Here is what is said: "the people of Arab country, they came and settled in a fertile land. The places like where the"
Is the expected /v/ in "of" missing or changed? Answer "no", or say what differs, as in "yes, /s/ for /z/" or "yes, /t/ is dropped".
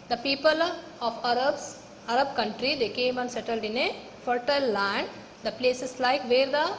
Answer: yes, /b/ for /v/